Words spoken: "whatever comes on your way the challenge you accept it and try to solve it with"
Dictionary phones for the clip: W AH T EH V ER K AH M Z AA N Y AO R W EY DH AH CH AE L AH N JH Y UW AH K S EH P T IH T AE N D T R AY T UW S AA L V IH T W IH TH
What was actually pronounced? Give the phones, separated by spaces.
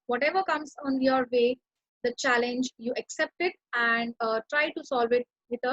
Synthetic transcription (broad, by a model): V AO T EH V ER K AH M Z AA N Y AO R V EY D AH CH AE L AH N JH Y UW AH K S EH P T IH T AE N D T R AY T UW S AA L V IH T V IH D